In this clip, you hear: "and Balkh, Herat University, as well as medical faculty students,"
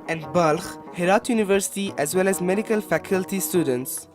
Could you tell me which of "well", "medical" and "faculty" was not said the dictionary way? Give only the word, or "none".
none